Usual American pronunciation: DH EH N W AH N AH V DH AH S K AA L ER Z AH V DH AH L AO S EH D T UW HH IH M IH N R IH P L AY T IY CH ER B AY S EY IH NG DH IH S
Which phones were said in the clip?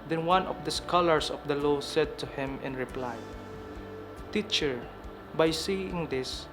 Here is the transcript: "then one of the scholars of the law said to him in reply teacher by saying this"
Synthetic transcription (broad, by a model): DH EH N W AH N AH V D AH S K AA L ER S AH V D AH L AO S EH D T UW HH IH M IH N R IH P L AY T IY CH ER B AY S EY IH NG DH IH S